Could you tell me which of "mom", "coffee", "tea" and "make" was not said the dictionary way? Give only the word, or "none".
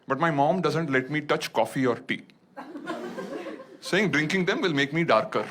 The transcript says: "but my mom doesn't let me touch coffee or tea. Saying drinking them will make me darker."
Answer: none